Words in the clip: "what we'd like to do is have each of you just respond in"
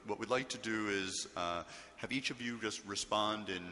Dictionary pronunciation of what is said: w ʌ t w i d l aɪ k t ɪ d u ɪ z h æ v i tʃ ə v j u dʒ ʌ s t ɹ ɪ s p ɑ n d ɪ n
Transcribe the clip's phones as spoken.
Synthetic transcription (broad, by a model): w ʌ t w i d l aɪ k t ɪ d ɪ ɪ z h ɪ v i tʃ ə v j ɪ dʒ ʌ s t ɹ ɪ s p ɑ n d ɪ n